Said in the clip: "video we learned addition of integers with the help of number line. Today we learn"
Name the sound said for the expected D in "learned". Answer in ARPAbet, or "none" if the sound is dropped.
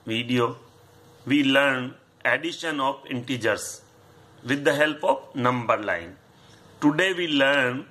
none